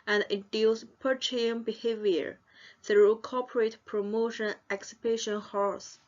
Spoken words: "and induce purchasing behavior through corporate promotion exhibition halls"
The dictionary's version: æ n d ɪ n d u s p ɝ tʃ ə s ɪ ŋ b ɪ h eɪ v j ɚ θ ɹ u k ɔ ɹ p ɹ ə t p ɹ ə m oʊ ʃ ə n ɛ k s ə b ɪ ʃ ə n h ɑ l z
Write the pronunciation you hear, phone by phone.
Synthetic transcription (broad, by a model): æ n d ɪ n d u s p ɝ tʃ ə ɪ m b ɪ h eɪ v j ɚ θ ɹ u k ɔ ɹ p ɹ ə t p ɹ ə m oʊ ʃ ə n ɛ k s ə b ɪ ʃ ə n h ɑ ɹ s